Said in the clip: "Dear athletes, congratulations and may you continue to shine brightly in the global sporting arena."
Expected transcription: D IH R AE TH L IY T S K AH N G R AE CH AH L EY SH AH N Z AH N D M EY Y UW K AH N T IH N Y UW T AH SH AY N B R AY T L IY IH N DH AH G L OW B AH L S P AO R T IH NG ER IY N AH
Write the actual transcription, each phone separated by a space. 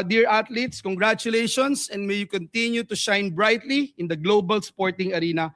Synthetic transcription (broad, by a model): D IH R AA T L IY T S K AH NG G R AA CH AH L EY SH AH N S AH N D M EY Y UW K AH N T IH N Y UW T AH SH AY N B R AY T L IY IH N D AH G L OW B AH L S P AO R T IH NG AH IY N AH